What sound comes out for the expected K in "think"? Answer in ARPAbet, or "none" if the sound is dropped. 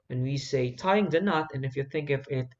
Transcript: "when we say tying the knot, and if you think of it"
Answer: K